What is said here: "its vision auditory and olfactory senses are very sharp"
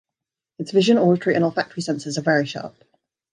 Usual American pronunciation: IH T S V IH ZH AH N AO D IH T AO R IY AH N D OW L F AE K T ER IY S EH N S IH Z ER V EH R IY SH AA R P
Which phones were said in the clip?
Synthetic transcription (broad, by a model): IH T S V IH ZH AH N AO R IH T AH R IY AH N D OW L F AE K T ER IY S EH N S IH Z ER V EH R IY SH AA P